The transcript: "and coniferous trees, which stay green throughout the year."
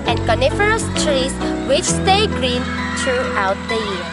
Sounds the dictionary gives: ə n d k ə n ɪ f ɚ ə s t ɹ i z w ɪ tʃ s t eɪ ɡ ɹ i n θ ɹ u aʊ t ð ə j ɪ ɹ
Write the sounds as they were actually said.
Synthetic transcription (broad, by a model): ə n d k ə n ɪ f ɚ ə s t ɹ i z w ɪ tʃ s t eɪ ɡ ɹ i n t ɹ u aʊ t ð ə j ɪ